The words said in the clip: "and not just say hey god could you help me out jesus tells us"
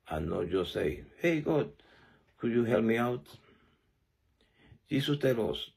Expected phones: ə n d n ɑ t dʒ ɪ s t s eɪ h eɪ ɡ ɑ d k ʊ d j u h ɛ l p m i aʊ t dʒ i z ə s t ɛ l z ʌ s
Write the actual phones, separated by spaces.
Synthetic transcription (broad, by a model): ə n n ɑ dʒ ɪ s s eɪ h eɪ ɡ ɑ d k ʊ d j u h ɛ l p m i aʊ t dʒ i s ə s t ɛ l ʌ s